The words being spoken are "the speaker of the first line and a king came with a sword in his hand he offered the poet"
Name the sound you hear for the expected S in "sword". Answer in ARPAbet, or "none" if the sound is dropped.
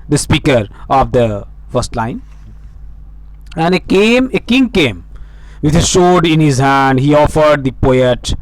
SH